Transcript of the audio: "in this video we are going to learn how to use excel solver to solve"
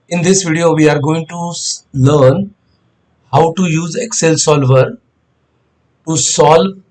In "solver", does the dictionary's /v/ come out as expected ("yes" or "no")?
yes